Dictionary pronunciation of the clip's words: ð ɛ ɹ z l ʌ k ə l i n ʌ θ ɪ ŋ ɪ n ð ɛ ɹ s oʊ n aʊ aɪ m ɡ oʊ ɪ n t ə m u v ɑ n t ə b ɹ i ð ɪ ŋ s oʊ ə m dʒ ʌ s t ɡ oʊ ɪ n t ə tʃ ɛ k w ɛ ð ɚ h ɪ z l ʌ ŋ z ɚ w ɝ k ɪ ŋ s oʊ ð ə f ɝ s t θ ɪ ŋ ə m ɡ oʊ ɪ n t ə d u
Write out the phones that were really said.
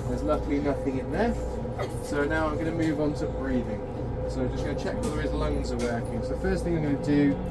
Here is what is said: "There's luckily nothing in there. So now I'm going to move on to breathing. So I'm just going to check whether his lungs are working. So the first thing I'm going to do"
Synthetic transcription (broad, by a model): ð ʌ z l ʌ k l i n ʌ θ ɪ ŋ ɪ n ð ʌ s oʊ n aʊ aɪ m ɡ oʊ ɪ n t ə m u v n t ə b ɹ i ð ɪ ŋ s oʊ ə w dʒ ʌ s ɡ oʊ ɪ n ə tʃ ɛ k w ɛ ð ɚ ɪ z l ʌ ŋ z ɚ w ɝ k ɪ ŋ s oʊ ð ə f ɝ s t θ ɪ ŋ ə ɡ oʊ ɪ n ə d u